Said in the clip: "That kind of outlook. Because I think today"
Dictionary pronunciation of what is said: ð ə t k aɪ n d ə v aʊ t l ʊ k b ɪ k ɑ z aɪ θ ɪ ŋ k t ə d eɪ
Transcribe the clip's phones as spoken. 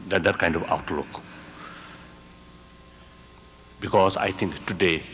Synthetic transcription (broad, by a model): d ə t k aɪ n d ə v aʊ t l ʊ k b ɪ k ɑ s aɪ t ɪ ŋ k t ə d eɪ